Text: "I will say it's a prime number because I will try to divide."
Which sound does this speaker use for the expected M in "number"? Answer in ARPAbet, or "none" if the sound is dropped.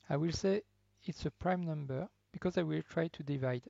M